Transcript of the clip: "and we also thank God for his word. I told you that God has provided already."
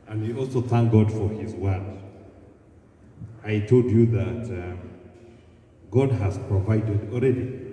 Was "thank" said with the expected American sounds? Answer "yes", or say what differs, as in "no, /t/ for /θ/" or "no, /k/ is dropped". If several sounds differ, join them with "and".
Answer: yes